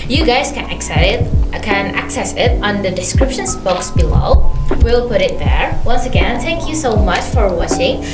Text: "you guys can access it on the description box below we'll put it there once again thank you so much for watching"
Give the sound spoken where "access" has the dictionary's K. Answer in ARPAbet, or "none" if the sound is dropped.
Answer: K